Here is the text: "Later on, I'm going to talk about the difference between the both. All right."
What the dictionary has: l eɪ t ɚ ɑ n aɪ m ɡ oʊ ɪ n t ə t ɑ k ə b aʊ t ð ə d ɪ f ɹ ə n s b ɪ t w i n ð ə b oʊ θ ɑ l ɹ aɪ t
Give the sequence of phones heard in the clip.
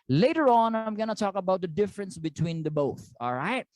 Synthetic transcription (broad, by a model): l eɪ t ɚ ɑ n aɪ m ɡ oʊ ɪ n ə t ɑ k ə b aʊ t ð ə d ɪ f ɹ ə n s b ɪ t w i n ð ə b oʊ θ ɑ l ɹ aɪ t